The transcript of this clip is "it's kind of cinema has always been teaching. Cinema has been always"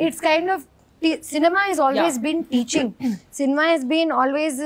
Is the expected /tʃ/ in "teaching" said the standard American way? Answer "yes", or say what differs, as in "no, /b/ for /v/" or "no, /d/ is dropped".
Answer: yes